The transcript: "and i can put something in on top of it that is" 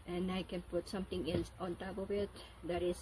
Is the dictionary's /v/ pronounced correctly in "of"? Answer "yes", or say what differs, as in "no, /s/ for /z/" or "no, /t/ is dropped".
no, /w/ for /v/